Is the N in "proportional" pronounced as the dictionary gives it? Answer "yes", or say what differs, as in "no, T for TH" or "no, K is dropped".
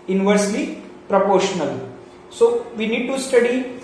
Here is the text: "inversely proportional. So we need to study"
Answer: yes